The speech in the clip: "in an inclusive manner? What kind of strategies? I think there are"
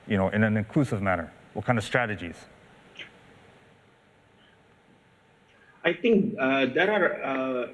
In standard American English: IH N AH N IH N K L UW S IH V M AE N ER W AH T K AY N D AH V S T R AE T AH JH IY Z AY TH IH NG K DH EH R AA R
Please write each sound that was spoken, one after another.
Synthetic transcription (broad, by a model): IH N AH N IH N K L UW S IH V M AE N ER W AH T K AY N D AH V S T R AE T AH JH IY Z AY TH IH NG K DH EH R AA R